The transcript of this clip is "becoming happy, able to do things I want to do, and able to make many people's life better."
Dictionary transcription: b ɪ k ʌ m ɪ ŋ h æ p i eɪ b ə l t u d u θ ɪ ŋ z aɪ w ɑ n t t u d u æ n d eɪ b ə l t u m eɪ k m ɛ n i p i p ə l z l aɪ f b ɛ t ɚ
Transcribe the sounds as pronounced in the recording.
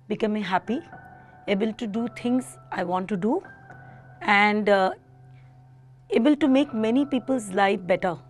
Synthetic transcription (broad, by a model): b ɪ k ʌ m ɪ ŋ h æ p i eɪ b ə l t u d u t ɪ ŋ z aɪ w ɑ n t t u d u æ n d eɪ b ə l t u m eɪ k m ɛ n i p i p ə l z l aɪ f b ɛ t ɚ